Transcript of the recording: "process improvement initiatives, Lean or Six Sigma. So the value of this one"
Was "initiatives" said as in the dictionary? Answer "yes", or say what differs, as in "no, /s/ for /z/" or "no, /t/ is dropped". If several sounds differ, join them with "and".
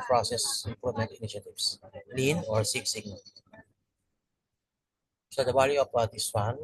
no, /s/ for /z/